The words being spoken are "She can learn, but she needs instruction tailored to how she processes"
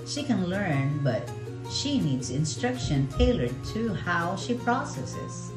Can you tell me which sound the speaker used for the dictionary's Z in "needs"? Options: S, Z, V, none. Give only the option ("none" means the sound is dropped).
Z